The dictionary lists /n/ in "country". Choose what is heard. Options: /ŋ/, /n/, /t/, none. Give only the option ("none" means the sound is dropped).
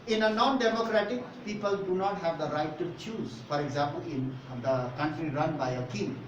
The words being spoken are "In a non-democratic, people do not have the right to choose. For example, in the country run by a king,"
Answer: /n/